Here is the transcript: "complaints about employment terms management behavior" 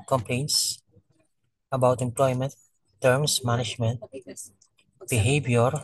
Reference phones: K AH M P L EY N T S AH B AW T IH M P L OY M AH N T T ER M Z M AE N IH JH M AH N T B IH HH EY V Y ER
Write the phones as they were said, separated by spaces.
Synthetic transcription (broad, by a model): K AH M P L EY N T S AH B AW T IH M P L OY M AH N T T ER M S M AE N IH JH M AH N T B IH HH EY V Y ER